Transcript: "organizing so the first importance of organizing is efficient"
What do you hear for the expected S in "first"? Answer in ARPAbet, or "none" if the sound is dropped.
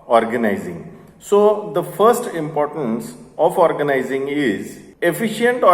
S